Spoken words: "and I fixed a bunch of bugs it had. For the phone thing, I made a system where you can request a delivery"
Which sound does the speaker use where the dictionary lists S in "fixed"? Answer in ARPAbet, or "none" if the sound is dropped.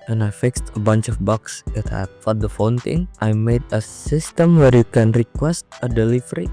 S